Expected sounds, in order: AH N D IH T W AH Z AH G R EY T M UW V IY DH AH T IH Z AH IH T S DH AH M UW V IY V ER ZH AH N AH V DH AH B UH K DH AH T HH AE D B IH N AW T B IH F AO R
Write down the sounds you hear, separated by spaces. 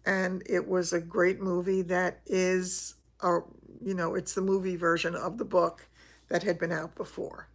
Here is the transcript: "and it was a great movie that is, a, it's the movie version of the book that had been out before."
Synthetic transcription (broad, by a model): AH N IH T W AH Z AH G R EY T M UW V IY DH AH T IH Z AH IH T S DH AH M UW V IY V ER ZH AH N AH V DH AH B UH K DH AH T HH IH D B IH N AW T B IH F AO R